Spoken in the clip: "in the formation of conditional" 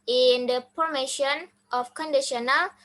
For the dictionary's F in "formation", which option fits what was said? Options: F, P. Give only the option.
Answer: P